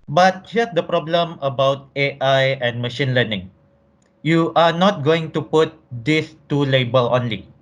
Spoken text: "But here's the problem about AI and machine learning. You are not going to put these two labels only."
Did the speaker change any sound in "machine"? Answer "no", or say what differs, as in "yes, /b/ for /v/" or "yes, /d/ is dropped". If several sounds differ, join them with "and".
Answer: no